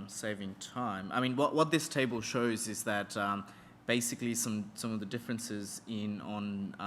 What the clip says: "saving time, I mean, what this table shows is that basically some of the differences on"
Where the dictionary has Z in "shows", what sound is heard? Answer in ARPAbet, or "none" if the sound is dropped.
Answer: Z